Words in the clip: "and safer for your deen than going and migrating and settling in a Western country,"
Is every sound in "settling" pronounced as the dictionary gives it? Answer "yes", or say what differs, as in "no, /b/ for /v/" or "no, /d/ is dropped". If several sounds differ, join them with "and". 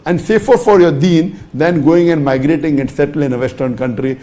no, /l/ is dropped